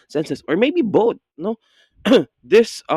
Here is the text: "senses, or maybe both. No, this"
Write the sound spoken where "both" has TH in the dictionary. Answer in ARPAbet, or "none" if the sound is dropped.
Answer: T